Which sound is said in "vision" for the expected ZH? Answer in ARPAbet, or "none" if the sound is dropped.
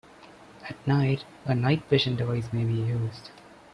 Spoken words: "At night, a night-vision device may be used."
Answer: SH